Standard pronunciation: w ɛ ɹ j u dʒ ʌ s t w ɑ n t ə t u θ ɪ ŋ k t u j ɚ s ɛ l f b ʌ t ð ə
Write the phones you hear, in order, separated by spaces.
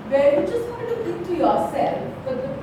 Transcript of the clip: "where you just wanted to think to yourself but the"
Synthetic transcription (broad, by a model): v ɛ j u dʒ ʌ s t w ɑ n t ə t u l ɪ k t u j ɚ s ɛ l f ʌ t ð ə